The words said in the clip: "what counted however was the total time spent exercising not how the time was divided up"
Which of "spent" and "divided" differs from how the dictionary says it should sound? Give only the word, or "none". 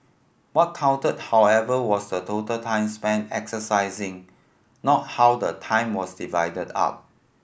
spent